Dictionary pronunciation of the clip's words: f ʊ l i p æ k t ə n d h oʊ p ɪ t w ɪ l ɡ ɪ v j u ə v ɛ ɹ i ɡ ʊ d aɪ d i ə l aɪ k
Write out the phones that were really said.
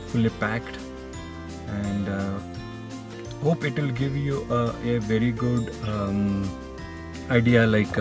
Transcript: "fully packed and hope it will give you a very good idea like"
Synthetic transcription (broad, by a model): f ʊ l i p æ k t ə n d h oʊ p ɪ t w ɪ l ɡ ɪ v j u ə v ɛ ɹ i ɡ ʊ d aɪ d i ə l aɪ k